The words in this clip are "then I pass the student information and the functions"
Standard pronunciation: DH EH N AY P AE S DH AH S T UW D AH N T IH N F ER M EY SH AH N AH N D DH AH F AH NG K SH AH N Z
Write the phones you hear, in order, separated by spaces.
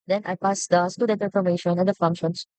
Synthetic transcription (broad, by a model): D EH N AY P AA S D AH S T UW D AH T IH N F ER M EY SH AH N AH N D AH F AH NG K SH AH N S